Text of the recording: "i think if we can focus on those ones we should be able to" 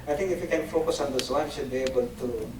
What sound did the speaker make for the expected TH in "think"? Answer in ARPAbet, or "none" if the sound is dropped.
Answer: T